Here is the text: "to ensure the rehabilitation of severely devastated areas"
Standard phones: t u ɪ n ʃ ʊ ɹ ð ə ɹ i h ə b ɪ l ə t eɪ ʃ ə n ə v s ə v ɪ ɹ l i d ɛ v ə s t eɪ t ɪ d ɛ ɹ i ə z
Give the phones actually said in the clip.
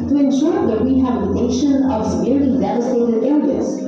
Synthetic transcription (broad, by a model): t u ɪ n ʃ ʊ ɹ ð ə w i h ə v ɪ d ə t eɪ ʃ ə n ə v s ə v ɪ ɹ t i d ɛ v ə s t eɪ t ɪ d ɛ ɹ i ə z